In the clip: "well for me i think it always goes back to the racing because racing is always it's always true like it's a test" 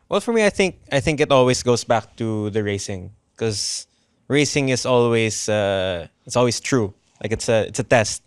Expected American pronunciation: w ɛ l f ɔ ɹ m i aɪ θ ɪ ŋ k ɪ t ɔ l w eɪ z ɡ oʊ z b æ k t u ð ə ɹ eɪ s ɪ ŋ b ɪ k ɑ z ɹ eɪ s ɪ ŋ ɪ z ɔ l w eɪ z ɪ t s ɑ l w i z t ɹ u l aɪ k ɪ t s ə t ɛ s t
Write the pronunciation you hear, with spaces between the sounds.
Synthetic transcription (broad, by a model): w ɛ l f ɔ ɹ m i aɪ θ ɪ ŋ k ɪ t ɔ l w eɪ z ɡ oʊ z b æ k t u ð ə ɹ eɪ s ɪ ŋ k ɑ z ɹ eɪ s ɪ ŋ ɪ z ɔ l w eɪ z ɪ t s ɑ l w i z t ɹ u l aɪ k ɪ t s ə t ɛ s t